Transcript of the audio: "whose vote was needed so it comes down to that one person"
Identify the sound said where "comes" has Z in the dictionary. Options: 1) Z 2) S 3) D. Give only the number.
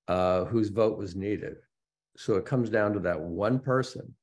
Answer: 1